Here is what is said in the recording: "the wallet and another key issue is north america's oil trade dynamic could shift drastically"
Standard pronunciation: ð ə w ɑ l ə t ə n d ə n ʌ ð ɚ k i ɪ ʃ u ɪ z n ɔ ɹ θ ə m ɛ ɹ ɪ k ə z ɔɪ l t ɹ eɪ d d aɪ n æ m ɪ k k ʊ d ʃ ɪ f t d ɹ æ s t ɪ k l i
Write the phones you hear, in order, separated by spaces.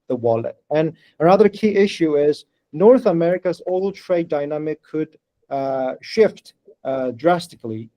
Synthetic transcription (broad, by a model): ð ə w ɑ l ə t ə n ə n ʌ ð ɚ k i ɪ ʃ u ɪ z n ɔ ɹ θ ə m ɛ ɹ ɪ k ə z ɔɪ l t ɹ eɪ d d aɪ n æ m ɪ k k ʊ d ʃ ɪ f t d ɹ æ s t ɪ k l i